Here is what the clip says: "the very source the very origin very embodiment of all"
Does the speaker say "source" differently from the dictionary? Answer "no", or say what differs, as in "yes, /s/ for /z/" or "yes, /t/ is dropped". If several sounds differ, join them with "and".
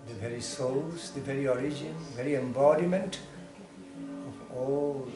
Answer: yes, /l/ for /ɹ/